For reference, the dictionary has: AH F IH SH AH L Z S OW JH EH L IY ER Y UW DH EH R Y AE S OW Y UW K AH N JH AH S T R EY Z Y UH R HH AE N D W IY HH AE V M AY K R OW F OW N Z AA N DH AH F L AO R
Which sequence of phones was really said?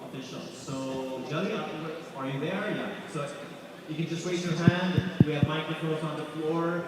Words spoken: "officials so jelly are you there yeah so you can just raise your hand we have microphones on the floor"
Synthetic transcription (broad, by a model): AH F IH SH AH L S OW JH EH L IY ER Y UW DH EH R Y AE S OW Y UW K AH N JH AH S T W EY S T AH R HH AE N D W IY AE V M AY K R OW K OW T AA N DH AH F L AO R